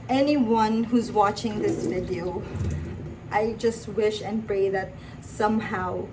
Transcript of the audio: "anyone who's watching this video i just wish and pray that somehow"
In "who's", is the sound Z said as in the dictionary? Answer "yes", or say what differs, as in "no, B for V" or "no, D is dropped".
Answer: yes